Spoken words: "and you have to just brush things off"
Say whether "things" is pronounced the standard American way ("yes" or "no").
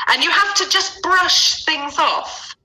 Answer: yes